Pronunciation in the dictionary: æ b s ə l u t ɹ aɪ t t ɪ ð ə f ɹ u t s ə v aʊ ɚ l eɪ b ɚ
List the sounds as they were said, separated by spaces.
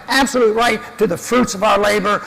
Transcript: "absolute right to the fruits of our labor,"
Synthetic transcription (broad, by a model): æ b s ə l u t ɹ aɪ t t ɪ ð ə f ɹ u t s ə v aʊ ɚ l eɪ b ɚ